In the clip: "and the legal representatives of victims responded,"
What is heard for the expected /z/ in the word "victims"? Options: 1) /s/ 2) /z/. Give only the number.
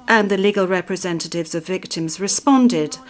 2